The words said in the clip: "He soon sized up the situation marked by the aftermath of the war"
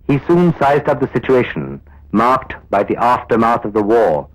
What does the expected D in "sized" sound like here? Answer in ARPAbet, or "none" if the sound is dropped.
D